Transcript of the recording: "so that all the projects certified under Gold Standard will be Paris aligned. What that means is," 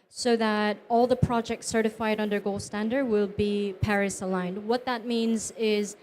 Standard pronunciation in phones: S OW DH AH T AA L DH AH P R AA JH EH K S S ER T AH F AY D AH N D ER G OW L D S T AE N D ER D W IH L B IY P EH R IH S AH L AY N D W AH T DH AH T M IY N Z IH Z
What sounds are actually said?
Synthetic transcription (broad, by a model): S OW DH AH T AA L DH AH P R AA JH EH K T S ER T AH F AY D AH N D ER G OW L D S T AE N D ER D W IH L B IY P EH R IH S AH L AY N D W AH T DH AH T M IY N Z IH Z